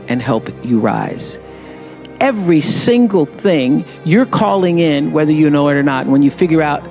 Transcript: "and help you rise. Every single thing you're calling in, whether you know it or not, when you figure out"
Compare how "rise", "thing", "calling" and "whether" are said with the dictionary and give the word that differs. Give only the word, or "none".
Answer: none